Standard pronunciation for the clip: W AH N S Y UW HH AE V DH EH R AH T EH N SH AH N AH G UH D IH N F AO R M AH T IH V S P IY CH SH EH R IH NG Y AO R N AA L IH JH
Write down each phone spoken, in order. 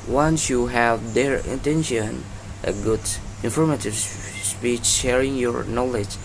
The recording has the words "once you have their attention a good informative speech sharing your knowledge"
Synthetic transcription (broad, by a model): W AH N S Y UW HH AE V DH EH R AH T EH N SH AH N AH G UH D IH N F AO R M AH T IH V S P IY CH SH EH R IH NG Y AO R N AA L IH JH